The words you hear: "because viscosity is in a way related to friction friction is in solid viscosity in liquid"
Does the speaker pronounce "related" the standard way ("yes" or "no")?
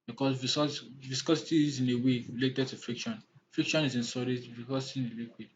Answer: no